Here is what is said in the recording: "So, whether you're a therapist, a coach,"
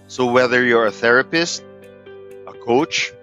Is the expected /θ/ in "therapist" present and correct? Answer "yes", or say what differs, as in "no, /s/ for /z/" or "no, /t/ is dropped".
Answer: yes